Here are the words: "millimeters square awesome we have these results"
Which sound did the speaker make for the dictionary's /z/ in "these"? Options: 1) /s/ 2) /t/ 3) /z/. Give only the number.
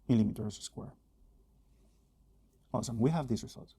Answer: 1